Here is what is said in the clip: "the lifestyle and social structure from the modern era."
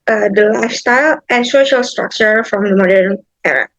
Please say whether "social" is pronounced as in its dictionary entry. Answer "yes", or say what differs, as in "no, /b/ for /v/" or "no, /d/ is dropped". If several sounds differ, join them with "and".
yes